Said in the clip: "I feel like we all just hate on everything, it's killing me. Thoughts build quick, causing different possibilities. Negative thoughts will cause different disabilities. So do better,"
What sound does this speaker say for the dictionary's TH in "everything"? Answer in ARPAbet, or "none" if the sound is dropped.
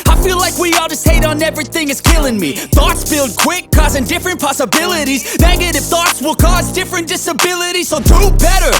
TH